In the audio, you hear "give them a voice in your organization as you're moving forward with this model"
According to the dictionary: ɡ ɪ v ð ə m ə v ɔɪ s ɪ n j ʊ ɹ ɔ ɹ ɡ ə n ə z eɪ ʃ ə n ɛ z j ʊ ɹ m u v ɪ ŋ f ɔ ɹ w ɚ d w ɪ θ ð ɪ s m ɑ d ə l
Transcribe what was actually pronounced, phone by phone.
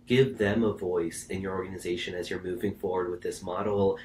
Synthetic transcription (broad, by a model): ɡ ɪ v ð ə m ə v ɔɪ s ɪ n j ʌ ɹ ɔ ɹ ɡ ə n ə z eɪ ʃ ə n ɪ z j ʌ ɹ m u v ɪ ŋ f ɔ ɹ w ɚ d w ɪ ð ɪ s m ɑ d l